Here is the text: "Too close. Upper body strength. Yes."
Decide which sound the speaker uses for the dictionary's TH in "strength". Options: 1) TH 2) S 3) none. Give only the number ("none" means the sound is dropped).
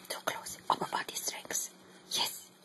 2